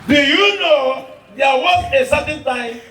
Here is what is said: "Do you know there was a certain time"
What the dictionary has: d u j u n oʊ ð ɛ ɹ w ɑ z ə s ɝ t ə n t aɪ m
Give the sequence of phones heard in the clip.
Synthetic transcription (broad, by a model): d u j u n oʊ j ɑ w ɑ s ə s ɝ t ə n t aɪ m